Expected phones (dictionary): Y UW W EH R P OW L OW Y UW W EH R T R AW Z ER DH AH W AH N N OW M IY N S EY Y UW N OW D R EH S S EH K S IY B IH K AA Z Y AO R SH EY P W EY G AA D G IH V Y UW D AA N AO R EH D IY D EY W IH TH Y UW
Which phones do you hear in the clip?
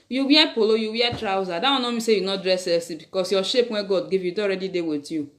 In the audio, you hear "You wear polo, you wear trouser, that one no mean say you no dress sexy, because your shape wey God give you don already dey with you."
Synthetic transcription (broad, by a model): Y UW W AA P OW L OW Y UW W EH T R AW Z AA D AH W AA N N OW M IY S EY Y UW N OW D R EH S S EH S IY B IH K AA S Y AO SH EY P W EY G AA D G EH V Y UW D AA AO R EH D IY D EY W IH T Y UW